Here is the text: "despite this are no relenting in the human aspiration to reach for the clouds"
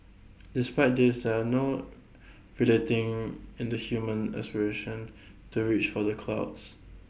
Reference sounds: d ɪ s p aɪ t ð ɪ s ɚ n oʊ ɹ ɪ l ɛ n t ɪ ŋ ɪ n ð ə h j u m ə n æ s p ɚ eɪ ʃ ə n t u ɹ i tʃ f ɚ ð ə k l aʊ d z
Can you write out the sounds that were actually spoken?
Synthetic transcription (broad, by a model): d ɪ s p aɪ t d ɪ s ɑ n oʊ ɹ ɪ l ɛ t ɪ ŋ ɪ n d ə h j u m ə n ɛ s p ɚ eɪ ʃ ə n t u ɹ i tʃ f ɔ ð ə k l aʊ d s